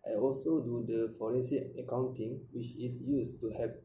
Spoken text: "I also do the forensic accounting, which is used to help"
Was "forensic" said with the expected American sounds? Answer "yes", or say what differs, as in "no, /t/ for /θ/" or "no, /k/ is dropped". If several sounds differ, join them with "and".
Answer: no, /k/ is dropped